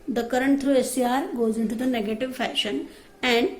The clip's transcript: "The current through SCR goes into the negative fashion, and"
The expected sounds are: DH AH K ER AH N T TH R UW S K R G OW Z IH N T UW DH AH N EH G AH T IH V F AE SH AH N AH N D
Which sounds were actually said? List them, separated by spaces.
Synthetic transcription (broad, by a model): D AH K ER AH N T T R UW S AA R G OW Z IH N T UW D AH N EH G AH T IH V F AE SH AH N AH N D